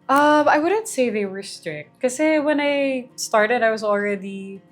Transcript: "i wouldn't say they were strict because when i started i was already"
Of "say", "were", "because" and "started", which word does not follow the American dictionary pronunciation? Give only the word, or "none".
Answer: because